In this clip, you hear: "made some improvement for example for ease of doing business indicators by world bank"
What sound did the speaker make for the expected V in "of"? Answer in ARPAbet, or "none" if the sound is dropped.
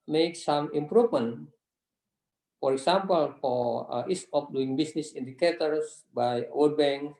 P